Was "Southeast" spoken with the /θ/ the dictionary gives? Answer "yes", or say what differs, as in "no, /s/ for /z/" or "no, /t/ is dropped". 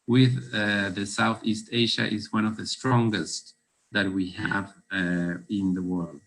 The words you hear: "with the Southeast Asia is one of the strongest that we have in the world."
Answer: yes